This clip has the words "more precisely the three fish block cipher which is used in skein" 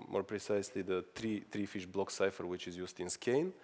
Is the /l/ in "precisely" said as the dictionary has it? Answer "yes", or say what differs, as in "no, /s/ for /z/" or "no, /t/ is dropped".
yes